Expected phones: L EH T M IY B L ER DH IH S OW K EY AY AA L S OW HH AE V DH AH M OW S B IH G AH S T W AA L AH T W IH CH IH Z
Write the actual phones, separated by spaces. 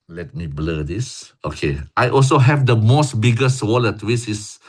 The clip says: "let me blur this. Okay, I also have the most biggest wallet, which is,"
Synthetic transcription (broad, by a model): L EH T M IY B L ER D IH S OW K EY AY AA L S OW HH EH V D AH M OW S B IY G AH S W AA L AH T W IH S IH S